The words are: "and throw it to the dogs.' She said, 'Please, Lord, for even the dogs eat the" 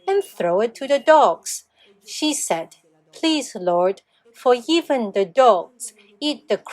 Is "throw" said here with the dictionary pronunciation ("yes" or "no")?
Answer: yes